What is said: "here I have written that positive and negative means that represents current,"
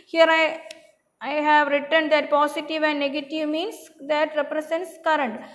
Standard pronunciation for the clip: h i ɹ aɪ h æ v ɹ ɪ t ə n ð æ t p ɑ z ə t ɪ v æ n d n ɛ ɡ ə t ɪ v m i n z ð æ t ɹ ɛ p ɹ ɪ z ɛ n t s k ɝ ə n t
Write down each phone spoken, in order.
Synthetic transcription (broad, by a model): h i ɹ aɪ h æ v ɹ ɪ t ə n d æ t p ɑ s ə t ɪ v æ n d n ɛ ɡ ə t ɪ v m i n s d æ t ɹ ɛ p ɹ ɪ s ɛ n t s k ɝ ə n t